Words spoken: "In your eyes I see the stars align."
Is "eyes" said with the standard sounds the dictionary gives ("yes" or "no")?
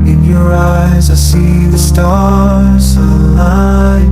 yes